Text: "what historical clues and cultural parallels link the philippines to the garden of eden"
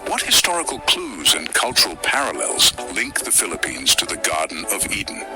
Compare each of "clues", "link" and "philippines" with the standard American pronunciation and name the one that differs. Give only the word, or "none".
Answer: none